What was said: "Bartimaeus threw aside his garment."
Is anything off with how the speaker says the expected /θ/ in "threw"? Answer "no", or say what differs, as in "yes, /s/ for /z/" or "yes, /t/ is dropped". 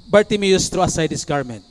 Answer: yes, /t/ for /θ/